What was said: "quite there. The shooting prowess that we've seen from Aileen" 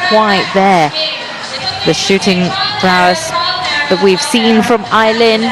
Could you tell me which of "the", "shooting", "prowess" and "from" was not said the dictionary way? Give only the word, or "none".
prowess